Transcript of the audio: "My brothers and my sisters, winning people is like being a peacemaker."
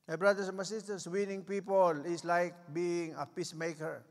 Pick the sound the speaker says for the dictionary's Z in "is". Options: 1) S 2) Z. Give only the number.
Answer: 1